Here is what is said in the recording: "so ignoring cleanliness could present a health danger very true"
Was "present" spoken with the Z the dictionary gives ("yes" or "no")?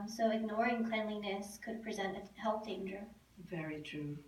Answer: yes